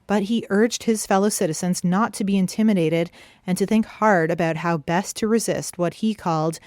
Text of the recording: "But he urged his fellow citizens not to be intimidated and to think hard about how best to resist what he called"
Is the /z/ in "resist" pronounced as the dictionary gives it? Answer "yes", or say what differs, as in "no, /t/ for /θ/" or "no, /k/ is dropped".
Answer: yes